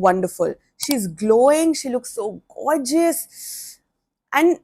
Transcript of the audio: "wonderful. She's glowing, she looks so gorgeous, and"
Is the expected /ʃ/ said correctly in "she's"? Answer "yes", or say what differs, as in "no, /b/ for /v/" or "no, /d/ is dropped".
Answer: yes